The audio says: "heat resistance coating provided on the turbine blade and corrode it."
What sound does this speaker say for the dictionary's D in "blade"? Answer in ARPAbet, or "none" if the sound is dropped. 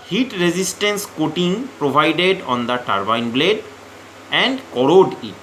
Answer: D